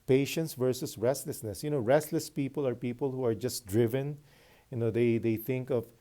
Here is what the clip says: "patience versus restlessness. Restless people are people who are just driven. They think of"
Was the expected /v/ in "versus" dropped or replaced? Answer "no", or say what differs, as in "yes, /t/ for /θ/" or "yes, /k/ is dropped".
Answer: no